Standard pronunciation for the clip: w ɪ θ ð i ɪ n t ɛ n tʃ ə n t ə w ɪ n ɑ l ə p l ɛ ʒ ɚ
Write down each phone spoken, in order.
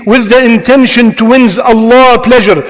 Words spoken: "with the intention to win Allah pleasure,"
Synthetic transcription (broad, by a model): w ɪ ð i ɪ n t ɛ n ʃ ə n t ə w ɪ n ɑ l ə p l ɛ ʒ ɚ